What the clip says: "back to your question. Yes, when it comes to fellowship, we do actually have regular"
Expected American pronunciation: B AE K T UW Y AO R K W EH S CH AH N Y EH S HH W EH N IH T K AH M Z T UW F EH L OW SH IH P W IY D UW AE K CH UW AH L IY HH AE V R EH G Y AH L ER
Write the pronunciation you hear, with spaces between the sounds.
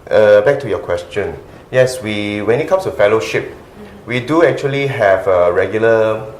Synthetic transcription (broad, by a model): B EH K T UW Y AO K W EH S CH AH N Y EH S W W EH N IH T K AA M S T UW F EH L OW SH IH P W IY D UW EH K CH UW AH L IY HH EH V R EH G Y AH L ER